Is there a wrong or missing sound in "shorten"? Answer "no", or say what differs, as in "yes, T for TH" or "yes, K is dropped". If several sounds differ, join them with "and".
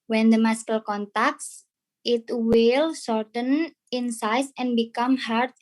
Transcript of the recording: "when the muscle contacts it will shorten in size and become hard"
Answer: yes, S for SH